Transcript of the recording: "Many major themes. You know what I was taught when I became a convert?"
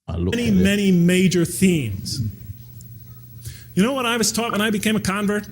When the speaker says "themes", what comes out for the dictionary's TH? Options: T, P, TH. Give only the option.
TH